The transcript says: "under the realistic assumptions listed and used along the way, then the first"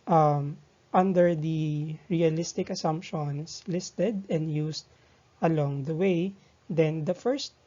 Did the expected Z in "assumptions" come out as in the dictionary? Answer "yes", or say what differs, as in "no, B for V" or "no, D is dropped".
no, S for Z